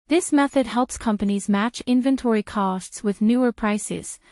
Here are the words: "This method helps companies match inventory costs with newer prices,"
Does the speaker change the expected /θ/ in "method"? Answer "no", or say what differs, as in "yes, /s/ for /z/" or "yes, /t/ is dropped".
no